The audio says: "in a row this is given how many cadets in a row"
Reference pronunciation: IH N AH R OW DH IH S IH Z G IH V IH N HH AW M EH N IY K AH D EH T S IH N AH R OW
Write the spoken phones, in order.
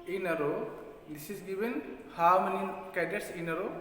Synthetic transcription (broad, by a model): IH N AH R OW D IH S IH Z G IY B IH N HH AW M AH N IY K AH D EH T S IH N AH R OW